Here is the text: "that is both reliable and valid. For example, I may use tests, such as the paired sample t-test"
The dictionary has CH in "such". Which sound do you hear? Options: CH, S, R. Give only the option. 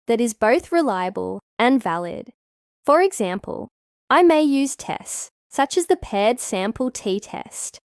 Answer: CH